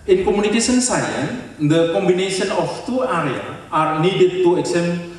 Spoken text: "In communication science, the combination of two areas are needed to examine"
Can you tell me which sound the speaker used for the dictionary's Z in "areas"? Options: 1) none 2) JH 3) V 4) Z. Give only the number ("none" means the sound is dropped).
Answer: 1